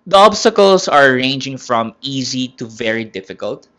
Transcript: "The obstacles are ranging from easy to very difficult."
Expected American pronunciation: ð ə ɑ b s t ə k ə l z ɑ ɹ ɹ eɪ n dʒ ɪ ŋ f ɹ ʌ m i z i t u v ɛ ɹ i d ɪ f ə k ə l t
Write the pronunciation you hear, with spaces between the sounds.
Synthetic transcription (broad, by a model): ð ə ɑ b s t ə k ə l s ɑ ɹ ɹ eɪ n dʒ ɪ ŋ f ɹ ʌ m i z i t u v ɛ ɹ i d ɪ f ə k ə l t